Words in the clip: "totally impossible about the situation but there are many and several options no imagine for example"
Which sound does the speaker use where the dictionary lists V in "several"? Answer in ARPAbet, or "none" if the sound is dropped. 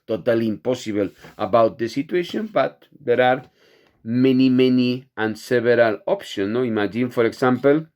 B